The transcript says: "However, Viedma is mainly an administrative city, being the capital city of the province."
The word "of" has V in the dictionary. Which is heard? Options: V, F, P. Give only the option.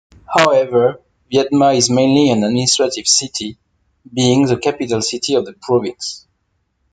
V